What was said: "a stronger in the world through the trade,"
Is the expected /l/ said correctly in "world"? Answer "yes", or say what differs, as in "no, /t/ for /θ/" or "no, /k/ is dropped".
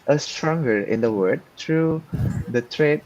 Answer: no, /l/ is dropped